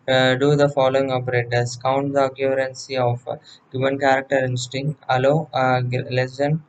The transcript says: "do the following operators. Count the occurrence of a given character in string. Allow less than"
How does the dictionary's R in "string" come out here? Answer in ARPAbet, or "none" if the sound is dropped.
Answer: none